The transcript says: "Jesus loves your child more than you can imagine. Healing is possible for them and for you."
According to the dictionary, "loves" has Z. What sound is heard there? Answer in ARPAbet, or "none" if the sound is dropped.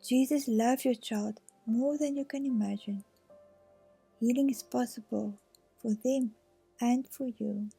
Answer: none